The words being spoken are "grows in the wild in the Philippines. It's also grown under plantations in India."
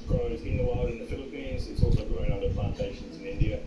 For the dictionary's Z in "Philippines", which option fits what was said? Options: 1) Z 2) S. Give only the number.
1